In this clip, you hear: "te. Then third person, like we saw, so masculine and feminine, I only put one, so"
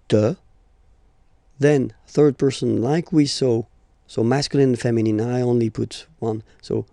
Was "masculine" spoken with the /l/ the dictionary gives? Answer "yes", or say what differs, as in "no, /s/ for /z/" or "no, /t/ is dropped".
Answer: no, /l/ is dropped